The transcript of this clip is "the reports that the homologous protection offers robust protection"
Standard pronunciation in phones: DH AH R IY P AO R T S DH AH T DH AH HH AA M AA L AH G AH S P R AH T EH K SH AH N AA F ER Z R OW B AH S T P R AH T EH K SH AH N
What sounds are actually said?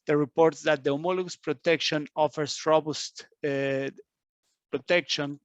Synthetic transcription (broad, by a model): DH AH R IY P AO R T S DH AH T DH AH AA M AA L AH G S P R AH T EH K SH AH N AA F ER S R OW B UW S T P R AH T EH K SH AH N